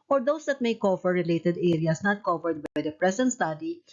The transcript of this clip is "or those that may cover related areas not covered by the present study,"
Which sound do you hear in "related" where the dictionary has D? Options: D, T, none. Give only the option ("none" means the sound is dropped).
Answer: D